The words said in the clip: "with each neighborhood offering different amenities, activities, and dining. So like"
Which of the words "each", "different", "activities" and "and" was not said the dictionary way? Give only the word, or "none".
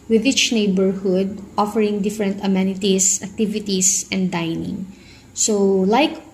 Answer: activities